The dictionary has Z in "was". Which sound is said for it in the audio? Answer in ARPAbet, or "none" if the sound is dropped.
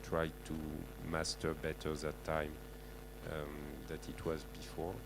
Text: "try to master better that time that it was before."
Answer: Z